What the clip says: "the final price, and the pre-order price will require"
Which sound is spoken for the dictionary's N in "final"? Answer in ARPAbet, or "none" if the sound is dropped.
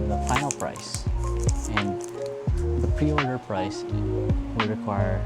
none